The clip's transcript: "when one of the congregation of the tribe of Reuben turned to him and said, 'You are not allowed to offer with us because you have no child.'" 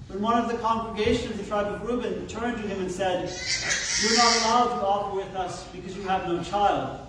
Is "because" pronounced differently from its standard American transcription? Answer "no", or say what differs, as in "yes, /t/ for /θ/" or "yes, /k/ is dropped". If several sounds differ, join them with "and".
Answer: no